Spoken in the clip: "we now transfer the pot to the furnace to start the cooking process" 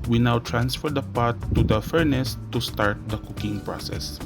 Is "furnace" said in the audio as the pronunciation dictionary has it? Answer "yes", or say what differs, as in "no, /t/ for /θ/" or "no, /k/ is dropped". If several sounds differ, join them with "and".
yes